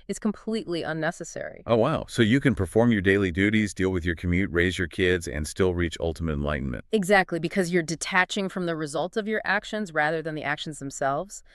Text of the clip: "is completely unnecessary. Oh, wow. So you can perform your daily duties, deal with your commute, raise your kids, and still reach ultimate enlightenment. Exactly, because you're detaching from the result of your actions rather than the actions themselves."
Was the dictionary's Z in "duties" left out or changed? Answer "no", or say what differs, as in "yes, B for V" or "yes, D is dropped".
no